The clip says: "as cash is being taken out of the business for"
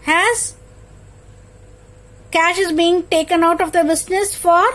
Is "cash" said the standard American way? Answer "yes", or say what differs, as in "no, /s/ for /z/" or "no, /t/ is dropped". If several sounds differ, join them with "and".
yes